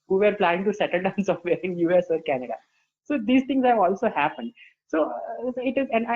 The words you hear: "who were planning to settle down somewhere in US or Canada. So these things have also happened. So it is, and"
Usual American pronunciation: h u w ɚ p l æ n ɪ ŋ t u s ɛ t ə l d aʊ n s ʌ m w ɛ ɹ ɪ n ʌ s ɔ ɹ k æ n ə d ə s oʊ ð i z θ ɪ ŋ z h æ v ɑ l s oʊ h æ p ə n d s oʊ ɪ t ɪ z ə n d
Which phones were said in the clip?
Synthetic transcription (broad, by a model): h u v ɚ p l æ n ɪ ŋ t u s ɛ t ə l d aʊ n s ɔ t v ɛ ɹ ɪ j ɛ s ɔ ɹ k æ n ə d ə s oʊ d i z t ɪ ŋ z h æ v ɑ l s oʊ h æ p ə n d s oʊ ɪ t ɪ z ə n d